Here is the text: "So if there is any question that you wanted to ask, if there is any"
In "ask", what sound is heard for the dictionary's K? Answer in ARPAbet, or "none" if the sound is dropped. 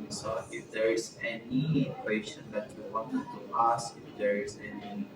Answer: none